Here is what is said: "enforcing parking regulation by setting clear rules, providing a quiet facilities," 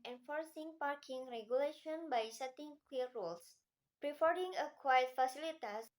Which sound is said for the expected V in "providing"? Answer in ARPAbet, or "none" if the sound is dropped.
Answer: F